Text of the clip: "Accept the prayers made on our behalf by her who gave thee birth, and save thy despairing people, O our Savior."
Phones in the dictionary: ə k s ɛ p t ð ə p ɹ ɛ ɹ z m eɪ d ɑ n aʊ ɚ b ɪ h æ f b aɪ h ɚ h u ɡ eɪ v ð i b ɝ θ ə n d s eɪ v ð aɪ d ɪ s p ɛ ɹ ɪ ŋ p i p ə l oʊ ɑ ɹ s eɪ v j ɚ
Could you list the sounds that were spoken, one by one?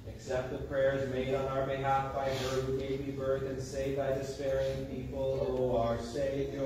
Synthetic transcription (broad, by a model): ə k s ɛ p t ð ə p ɹ ɛ ɹ z m eɪ d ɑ n aʊ ɚ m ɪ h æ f b aɪ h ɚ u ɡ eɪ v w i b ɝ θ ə n s eɪ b aɪ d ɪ s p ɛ ɹ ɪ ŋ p i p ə oʊ ɑ ɹ s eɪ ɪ